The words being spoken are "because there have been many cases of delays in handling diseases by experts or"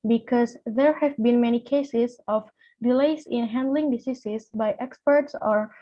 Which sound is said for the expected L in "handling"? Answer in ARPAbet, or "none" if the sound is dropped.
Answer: L